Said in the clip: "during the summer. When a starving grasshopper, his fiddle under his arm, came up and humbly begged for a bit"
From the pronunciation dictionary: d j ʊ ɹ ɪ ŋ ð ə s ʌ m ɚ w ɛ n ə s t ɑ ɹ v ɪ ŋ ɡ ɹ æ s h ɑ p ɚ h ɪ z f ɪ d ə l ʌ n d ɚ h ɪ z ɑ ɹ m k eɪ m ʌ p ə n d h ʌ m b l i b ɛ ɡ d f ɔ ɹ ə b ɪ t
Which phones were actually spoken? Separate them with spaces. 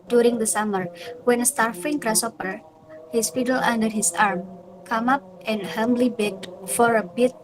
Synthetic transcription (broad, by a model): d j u ɹ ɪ ŋ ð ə s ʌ m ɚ w ɛ n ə s t ɑ ɹ f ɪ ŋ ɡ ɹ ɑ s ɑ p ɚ h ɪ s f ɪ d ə l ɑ n d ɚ h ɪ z ɑ ɹ m k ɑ m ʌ p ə n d h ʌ m b l i b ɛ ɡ f ɔ ɹ ə b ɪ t